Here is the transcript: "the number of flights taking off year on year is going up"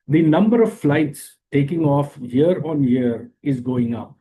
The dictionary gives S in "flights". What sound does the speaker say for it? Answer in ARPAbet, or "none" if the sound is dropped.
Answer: S